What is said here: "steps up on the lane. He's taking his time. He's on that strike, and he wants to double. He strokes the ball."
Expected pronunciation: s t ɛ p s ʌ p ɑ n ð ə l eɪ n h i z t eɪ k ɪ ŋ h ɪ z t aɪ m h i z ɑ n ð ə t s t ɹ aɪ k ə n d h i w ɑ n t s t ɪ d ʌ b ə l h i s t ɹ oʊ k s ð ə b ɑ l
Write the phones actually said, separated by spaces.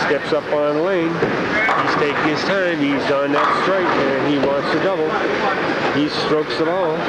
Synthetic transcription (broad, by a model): s t ɛ p s ʌ p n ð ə l eɪ n h i z t eɪ k ɪ ŋ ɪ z t aɪ m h i z n ð ə t s t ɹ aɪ ə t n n i w ɑ n t s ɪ d ʌ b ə l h i s t ɹ oʊ k s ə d ɑ l